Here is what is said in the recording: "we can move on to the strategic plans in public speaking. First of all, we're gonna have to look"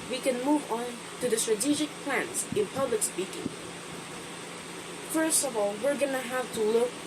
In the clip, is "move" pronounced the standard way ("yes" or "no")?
yes